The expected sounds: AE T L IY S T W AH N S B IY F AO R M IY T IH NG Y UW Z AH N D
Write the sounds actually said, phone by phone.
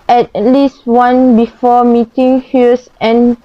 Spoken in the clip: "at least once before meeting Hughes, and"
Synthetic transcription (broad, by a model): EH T L IY S T W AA N B IY F AO M IY T IH NG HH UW S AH N